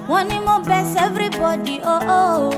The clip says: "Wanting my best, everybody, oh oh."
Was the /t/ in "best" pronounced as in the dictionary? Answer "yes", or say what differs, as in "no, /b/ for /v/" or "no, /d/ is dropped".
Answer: no, /t/ is dropped